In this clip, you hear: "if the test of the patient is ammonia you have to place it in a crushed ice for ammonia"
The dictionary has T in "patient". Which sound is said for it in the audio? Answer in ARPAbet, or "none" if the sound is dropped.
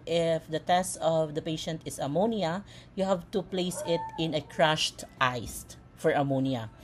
T